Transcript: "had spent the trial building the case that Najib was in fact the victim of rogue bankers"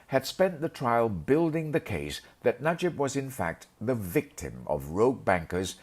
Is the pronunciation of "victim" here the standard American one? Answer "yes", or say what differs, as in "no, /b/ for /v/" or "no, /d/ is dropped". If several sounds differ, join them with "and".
yes